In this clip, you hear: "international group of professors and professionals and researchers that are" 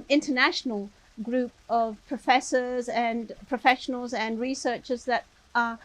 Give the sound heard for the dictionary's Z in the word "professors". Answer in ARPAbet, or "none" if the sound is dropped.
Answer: Z